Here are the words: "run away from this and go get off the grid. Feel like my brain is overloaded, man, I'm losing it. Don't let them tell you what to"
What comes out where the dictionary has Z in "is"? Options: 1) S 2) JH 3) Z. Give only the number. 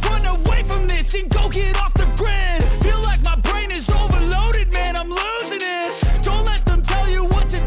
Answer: 3